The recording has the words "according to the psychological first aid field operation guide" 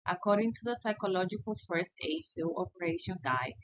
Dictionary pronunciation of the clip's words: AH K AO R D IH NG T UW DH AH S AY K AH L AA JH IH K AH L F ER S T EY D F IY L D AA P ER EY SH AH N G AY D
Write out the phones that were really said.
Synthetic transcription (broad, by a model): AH K AO R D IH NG T UW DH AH S AY K AH L AA JH IH K AH L F ER S T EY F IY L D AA P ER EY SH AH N G AY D